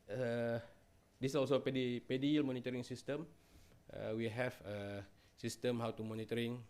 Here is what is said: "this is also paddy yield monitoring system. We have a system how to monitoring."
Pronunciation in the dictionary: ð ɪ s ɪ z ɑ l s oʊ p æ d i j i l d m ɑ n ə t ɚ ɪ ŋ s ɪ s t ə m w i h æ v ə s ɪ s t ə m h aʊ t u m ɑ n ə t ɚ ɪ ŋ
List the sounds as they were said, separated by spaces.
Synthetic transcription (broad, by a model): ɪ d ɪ s ɑ l s oʊ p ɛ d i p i l m ɑ n ə t ɚ ɪ ŋ s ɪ s t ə m w i h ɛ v ə s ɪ s t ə m h aʊ t u m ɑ n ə t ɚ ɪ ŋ